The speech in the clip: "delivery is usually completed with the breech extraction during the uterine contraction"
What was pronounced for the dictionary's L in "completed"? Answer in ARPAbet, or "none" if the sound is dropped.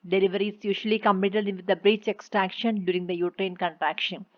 none